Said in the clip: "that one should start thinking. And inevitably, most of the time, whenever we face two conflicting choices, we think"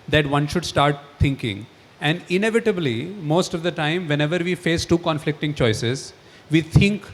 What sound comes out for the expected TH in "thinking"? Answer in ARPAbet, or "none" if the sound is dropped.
T